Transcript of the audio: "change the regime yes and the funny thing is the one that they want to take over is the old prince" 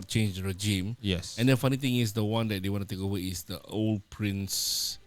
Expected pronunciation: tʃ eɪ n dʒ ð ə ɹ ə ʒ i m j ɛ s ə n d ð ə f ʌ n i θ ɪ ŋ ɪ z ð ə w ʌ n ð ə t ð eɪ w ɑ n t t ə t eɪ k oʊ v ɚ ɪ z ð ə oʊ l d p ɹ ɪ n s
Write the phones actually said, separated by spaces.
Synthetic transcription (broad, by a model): tʃ eɪ n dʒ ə ɹ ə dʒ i m j ɛ s ə n d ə f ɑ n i t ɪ ŋ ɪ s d ə w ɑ n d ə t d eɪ w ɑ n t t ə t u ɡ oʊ w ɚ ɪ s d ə oʊ l d p ɹ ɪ n s